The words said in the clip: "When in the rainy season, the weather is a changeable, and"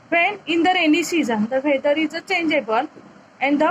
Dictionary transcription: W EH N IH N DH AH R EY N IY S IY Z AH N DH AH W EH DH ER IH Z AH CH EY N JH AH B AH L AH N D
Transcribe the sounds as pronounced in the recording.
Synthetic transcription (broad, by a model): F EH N IH N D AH R EY N IY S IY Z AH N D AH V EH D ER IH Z AH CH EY N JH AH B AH N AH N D